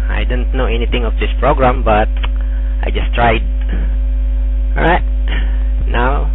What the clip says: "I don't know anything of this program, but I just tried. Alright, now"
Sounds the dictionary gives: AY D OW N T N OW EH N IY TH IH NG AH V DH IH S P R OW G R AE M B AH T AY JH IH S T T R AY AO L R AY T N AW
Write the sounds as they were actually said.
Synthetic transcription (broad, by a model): AY D OW N T N OW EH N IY T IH NG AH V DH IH S P R OW G R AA M B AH T AY JH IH S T T R AY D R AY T N AW